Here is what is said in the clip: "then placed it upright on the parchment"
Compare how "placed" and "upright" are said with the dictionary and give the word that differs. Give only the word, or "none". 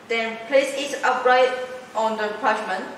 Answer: placed